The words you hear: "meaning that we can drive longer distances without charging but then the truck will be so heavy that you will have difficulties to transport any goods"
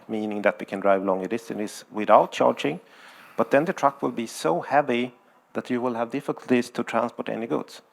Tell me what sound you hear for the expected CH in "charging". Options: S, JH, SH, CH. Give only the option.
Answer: CH